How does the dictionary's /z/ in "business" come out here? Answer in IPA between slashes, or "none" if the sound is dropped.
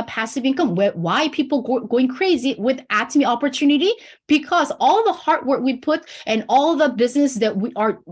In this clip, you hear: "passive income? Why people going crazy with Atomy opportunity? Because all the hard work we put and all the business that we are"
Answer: /z/